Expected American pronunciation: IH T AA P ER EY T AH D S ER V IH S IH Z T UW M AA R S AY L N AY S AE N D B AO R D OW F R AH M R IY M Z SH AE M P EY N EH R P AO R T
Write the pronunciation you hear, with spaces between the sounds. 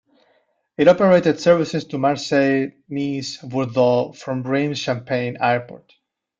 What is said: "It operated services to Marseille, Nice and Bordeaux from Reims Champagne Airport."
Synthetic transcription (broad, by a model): IH T AA P ER EY T AH D S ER V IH S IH S T UW M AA R S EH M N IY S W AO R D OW F R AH M R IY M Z SH AE M P EY N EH R P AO R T